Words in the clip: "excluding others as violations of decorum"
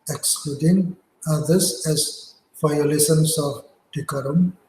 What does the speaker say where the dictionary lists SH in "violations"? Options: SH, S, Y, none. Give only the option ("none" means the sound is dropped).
S